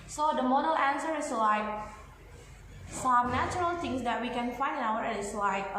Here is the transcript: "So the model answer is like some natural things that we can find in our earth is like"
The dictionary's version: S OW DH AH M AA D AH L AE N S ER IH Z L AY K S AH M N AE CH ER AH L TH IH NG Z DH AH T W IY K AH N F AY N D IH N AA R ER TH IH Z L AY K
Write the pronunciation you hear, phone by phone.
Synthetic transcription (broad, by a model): S OW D AH M AA D AH L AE N S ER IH S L AY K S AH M N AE CH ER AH L T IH NG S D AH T W IY K AH N F AY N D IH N AA W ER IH S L AY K